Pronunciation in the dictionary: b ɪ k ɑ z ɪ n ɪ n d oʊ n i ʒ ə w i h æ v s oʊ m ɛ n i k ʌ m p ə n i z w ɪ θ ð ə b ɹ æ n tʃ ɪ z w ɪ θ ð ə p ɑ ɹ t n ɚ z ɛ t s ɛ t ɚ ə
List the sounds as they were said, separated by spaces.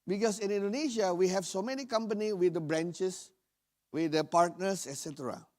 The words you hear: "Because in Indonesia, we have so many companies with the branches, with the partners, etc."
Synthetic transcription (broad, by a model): b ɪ k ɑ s ɪ n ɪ n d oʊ n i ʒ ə w i h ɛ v s oʊ m ɛ n i k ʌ m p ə n i w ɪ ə b ɹ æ n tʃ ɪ s w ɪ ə p ɑ ɹ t n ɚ s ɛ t s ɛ t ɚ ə